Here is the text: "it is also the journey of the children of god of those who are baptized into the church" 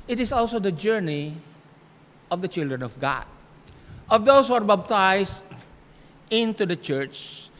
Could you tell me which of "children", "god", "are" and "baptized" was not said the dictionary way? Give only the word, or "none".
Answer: baptized